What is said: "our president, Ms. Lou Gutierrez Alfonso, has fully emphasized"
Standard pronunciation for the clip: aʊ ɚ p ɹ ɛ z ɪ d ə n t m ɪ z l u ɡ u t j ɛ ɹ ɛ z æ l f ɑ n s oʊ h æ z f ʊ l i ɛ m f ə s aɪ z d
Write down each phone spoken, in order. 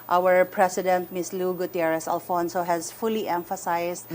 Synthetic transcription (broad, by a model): aʊ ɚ p ɹ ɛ s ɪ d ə n t m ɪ s l u ɡ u t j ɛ ɹ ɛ s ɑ l f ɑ n s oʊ h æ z f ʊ l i ɛ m f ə s aɪ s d